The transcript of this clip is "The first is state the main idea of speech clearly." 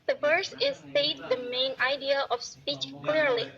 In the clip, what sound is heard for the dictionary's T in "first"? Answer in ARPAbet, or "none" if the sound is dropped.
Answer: none